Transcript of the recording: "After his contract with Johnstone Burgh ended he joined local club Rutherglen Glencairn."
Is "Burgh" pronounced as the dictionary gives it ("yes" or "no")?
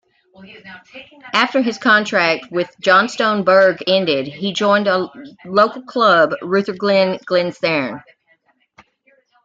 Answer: yes